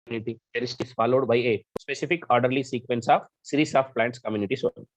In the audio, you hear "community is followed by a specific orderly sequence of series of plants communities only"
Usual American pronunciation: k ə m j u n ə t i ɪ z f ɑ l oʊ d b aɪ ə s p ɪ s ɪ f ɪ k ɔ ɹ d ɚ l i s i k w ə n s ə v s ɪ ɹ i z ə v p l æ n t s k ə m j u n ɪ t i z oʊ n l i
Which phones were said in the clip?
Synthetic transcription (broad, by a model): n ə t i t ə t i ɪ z f ɑ l oʊ d b aɪ ə s p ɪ s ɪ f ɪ k ɔ ɹ d ɚ l i s i k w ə n s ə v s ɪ ɹ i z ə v p l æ n t s k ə m j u n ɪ t i s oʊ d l